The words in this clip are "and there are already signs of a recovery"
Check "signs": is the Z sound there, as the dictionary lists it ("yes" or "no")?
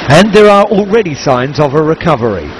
yes